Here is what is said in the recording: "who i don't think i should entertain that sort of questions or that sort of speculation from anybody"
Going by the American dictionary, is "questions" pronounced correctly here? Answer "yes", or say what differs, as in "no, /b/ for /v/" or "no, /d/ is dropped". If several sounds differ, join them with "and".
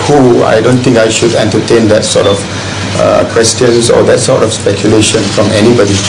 no, /s/ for /z/